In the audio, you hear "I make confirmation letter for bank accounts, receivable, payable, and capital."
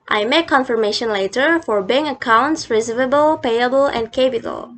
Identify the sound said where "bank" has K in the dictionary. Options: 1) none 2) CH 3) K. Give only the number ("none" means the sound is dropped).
1